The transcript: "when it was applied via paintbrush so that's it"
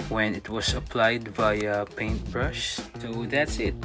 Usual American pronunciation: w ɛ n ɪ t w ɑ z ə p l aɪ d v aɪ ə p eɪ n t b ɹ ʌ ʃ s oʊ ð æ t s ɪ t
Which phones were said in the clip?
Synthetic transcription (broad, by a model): w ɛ n ɪ t w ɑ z ə p l aɪ d b aɪ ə p eɪ n t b ɹ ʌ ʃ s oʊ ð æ t s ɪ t